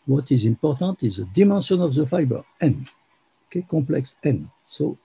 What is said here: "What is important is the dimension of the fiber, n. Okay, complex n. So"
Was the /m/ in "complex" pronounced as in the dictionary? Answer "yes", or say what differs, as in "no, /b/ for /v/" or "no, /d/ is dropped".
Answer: no, /m/ is dropped